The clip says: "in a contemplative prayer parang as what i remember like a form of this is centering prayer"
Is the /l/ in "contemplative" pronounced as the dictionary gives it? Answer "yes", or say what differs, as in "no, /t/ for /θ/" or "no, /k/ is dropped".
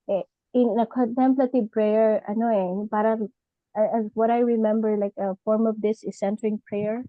yes